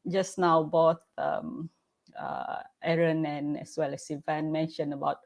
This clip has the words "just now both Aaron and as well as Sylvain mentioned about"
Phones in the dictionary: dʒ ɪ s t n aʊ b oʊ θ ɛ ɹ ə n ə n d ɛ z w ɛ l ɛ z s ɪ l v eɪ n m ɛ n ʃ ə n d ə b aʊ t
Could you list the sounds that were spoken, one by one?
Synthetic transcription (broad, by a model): dʒ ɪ s n aʊ b oʊ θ ɛ ɹ ə n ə n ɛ s w ɛ l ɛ s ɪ v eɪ n m ɛ n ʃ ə n ə b aʊ t